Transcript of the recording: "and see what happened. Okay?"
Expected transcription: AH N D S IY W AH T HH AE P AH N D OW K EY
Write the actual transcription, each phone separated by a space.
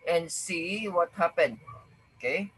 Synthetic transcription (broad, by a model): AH N S IY W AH T HH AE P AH N OW K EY